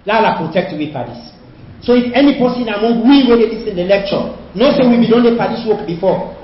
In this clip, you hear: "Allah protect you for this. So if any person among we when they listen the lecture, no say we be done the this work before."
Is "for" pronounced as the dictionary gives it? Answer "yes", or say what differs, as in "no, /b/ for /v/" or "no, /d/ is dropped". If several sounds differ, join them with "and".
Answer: no, /p/ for /f/